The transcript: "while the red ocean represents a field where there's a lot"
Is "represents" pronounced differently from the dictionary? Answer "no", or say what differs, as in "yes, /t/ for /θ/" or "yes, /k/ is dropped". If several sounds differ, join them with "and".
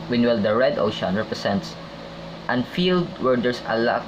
yes, /s/ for /z/